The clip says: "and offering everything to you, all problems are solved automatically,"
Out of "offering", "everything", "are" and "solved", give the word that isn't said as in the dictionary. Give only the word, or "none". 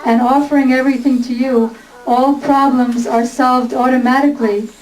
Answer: none